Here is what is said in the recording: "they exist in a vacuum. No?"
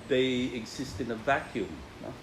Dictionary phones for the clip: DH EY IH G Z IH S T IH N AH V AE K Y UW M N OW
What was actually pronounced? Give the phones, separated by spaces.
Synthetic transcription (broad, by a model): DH EY IH G Z IH S T IH N AH V AE K Y UW M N